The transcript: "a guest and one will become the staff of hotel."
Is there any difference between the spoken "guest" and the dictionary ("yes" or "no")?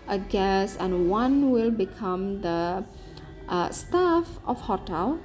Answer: yes